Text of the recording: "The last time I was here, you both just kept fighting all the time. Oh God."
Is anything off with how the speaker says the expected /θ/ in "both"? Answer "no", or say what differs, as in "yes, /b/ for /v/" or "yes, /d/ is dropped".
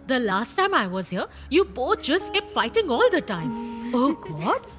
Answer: yes, /t/ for /θ/